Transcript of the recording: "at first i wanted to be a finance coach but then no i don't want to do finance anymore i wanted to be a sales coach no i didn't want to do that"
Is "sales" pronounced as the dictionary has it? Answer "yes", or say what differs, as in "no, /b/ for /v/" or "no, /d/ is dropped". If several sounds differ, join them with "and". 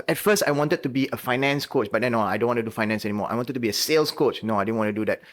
no, /s/ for /z/